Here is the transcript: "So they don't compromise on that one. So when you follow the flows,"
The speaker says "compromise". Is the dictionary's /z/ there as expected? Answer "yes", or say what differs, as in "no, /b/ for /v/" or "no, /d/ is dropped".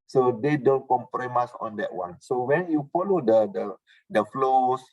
no, /s/ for /z/